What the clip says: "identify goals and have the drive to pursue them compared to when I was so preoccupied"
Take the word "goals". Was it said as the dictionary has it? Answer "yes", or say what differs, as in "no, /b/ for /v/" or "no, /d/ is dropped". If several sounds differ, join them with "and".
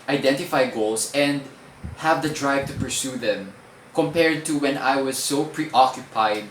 no, /s/ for /z/